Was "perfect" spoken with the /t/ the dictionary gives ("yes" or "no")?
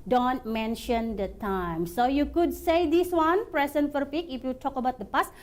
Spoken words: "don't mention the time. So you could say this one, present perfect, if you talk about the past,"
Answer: no